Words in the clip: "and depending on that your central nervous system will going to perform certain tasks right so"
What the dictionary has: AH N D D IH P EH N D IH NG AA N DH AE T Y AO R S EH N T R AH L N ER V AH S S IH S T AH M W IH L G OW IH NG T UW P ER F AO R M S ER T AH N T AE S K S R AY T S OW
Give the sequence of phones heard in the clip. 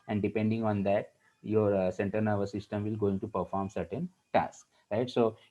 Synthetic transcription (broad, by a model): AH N D D IH P EH N D IH NG AA N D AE T Y AO R S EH N T AH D N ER V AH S S IH S T AH M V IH L G OW IH NG T UW P ER F AO R M S ER T AH N T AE S K R AY T S OW